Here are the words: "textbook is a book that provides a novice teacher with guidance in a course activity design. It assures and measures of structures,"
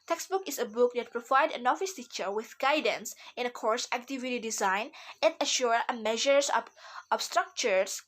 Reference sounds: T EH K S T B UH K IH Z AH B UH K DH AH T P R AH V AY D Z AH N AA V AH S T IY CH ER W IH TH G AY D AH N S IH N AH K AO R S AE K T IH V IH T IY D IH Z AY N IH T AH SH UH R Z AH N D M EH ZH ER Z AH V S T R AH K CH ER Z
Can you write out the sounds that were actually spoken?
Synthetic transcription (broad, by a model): T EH K S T B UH K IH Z AH B UH K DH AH T P R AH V AY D AH N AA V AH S T IY CH ER W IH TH G AY D AH N S IH N AH K AO R S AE K T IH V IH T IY D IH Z AY N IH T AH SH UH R AH M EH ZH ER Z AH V S T R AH K CH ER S